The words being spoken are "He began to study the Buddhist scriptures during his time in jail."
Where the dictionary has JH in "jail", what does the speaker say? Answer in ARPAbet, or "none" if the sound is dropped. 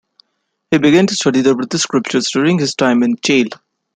CH